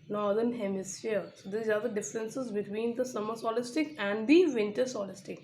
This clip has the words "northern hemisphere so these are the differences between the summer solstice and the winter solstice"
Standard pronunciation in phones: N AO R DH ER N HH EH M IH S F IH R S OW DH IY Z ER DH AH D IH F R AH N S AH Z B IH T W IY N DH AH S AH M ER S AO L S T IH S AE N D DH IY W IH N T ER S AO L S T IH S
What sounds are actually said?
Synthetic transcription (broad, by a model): N AO R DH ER N HH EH M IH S IH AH S OW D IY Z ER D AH D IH F R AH N S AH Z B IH T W IY N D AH S AH M ER S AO L S T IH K AE N D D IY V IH N T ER S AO L S T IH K